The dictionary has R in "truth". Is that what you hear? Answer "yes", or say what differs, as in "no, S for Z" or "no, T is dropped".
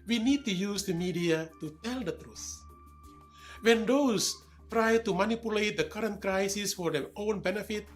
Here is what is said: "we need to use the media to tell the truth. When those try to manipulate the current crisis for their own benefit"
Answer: yes